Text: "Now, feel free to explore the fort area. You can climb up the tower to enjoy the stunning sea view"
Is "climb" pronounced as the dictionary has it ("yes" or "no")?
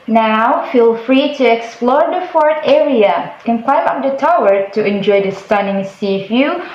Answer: no